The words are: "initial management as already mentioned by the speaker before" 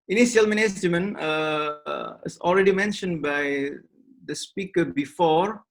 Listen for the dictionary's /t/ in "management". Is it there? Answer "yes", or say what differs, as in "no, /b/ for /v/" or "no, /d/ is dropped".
no, /t/ is dropped